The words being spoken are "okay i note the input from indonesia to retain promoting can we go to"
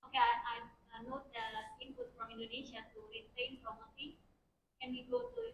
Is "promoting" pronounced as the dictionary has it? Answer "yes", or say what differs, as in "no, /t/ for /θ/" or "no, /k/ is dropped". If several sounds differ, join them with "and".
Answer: no, /f/ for /p/